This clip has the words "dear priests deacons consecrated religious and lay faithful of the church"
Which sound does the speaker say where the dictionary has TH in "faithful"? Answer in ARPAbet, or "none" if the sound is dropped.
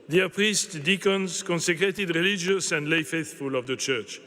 TH